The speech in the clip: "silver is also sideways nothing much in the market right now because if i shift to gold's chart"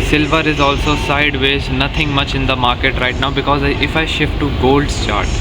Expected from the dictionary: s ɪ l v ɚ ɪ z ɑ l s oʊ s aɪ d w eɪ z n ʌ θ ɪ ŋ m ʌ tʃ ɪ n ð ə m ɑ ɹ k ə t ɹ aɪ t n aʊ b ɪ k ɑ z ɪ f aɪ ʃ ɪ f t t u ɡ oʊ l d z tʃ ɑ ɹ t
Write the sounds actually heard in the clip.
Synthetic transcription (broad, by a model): s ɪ l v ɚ ɪ z ɑ l s oʊ s aɪ d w eɪ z n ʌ t ɪ ŋ m ʌ tʃ ɪ n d ə m ɑ ɹ k ə t ɹ aɪ t n aʊ b ɪ k ɑ z ɪ f aɪ ʃ ɪ f t t u ɡ oʊ l d s tʃ ɑ ɹ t